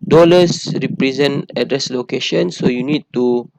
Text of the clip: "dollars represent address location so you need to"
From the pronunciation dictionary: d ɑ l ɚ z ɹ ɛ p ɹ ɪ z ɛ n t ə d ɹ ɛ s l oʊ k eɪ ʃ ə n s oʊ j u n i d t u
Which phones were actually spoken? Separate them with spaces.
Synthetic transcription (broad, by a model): d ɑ l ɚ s ɹ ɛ p ɹ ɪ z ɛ n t ə d ɹ ɛ s l oʊ k eɪ ʃ ə n s oʊ j u n i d t u